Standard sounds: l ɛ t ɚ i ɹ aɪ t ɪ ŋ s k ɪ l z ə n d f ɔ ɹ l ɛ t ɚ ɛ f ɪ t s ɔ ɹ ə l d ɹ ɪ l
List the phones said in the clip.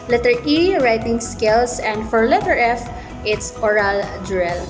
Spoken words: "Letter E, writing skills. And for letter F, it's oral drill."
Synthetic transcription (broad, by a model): l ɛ t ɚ i ɹ aɪ t ɪ ŋ s k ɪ l s ə n d f ɔ ɹ l ɛ t ɚ ɛ f ɪ t s ɔ ɹ ə l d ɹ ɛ l